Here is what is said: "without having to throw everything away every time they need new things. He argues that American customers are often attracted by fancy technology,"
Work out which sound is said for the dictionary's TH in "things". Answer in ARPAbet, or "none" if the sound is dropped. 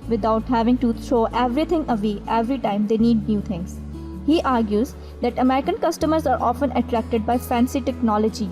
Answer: T